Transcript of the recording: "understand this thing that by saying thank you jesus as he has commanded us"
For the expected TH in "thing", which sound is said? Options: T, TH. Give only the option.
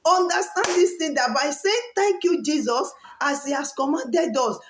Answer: T